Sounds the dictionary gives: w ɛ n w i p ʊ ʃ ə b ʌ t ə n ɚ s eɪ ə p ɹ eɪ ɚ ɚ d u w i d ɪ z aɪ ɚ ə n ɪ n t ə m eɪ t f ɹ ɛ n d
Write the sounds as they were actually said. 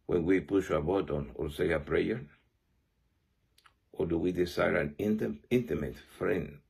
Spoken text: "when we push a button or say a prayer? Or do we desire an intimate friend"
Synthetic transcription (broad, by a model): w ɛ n w i p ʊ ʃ ə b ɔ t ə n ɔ s eɪ ə p ɹ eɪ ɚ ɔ d u w i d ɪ s aɪ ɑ ə n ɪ n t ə m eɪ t f ɹ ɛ n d